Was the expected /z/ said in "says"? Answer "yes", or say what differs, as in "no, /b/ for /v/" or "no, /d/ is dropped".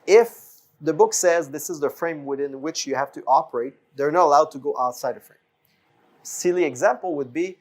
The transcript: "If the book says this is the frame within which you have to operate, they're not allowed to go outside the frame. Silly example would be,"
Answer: yes